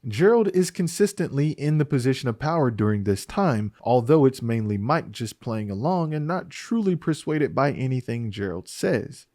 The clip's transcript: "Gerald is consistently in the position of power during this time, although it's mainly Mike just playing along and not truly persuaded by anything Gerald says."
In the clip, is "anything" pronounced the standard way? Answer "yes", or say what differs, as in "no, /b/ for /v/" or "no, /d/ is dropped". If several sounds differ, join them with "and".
yes